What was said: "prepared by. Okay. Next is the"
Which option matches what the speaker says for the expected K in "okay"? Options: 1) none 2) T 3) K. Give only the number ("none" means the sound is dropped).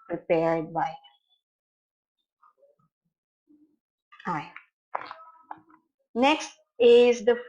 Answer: 1